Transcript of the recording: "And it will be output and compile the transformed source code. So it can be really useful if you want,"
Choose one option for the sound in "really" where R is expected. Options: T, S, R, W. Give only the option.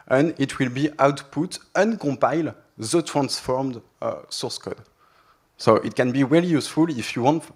W